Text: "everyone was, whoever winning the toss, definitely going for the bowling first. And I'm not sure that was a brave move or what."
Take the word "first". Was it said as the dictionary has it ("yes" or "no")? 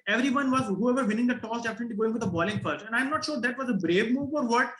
no